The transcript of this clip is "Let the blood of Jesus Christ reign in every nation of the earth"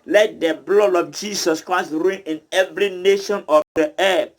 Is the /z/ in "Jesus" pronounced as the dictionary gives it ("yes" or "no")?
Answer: no